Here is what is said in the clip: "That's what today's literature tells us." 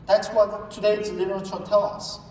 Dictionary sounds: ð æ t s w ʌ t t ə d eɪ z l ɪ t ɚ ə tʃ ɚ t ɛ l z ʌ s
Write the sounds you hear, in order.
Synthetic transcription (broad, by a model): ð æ t s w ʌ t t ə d eɪ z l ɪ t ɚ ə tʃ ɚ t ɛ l ʌ s